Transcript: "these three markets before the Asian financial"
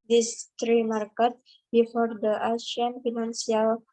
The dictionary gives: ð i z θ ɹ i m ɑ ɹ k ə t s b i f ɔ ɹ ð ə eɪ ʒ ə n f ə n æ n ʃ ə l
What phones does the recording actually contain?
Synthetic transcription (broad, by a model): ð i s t ɹ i m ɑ ɹ k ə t b i f ɔ ɹ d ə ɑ ʃ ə n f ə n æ n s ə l